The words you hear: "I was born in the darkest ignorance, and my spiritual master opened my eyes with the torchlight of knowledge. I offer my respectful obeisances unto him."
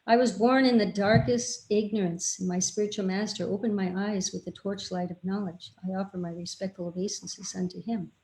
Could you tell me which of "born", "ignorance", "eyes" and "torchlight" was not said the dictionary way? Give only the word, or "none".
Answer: none